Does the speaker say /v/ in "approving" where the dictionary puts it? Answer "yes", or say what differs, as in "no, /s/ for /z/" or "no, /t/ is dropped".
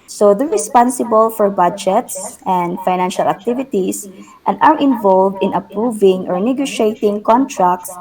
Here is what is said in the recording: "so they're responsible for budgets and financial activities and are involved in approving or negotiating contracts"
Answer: yes